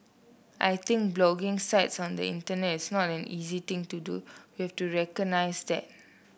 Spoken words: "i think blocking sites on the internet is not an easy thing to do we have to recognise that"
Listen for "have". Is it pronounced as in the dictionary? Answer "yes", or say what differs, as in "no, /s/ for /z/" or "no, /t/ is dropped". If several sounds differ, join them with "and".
no, /f/ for /v/